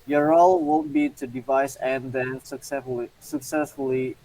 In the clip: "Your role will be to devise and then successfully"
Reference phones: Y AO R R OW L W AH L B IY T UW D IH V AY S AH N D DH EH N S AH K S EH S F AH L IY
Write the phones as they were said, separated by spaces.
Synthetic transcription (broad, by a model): Y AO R R OW L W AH N B IY T UW D IH V AY S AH N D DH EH N S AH K S EH S F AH L IY